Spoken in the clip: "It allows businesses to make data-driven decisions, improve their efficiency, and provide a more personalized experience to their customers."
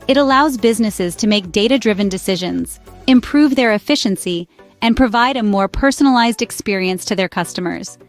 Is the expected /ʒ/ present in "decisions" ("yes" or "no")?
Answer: yes